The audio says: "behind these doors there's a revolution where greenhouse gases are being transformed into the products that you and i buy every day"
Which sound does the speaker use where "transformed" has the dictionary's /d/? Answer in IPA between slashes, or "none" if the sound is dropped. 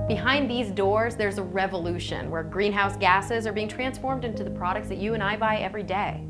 /d/